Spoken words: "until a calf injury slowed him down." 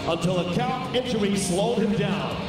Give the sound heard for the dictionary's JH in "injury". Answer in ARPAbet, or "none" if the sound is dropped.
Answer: CH